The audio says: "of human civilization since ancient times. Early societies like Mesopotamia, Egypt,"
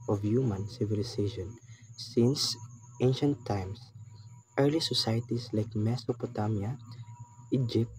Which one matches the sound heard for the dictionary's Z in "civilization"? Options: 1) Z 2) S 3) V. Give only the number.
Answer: 2